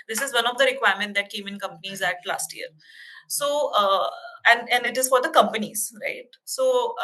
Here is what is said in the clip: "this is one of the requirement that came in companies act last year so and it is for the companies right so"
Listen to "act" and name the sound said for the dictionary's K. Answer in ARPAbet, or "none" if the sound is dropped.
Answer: none